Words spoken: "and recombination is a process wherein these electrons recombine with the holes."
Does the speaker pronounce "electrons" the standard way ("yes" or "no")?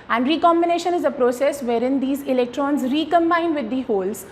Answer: yes